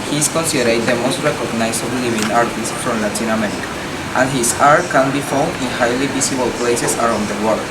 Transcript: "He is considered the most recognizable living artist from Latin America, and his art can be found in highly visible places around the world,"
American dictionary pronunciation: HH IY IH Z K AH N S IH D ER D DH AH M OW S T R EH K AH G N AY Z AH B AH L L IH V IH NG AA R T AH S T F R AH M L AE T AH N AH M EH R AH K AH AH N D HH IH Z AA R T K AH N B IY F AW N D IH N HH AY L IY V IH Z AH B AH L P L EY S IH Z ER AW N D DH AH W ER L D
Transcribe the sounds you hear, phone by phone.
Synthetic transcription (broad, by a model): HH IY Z K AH N S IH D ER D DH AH M OW S T R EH K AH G N AY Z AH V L L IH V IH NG AA R T AH S T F R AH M L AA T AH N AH M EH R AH K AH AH N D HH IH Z AA R T K AH N B IY F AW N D IH N HH AY L IY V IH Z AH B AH L P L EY S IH S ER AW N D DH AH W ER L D